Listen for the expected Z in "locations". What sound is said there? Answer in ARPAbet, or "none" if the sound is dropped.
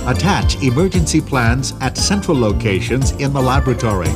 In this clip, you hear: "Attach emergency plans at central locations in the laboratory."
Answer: Z